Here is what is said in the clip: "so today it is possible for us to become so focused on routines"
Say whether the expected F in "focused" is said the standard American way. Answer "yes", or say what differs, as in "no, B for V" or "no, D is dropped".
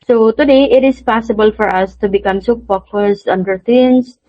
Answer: no, P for F